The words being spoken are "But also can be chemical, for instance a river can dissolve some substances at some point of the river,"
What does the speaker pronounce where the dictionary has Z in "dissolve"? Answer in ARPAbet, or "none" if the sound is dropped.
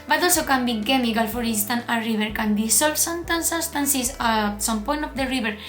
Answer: S